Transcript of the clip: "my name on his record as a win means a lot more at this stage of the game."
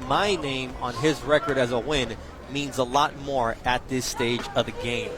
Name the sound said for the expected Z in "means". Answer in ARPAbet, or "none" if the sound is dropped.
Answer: Z